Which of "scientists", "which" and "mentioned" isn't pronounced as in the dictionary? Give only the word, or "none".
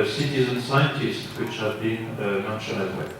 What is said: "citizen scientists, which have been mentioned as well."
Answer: mentioned